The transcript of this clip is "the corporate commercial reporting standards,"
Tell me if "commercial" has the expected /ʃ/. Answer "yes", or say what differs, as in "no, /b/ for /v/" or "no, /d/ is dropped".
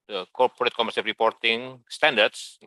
no, /s/ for /ʃ/